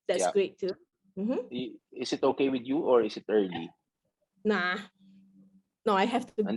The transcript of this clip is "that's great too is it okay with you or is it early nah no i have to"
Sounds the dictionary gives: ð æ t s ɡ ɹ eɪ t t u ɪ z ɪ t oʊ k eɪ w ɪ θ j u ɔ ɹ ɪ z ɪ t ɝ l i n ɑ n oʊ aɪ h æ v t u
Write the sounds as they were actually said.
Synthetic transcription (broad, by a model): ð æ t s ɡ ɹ eɪ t t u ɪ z ɪ t oʊ k eɪ w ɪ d j u ɔ ɹ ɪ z ɪ t ɝ l i n ɑ n oʊ aɪ h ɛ f t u